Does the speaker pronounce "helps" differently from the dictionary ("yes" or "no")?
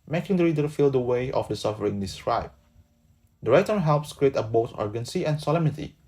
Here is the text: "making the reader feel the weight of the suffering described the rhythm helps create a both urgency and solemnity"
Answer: no